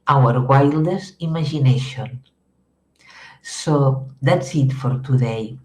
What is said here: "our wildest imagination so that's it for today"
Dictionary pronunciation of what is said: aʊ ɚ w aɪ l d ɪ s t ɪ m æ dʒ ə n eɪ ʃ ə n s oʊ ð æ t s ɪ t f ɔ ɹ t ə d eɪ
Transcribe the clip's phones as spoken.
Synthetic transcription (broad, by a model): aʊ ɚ w aɪ l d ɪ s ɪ m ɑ ʒ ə n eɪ ʃ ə n s oʊ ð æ t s ɪ t f ɔ ɹ t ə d eɪ